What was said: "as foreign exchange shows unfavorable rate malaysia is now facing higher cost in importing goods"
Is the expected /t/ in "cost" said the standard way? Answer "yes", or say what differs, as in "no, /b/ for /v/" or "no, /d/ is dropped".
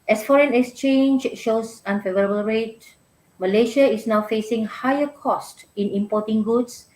yes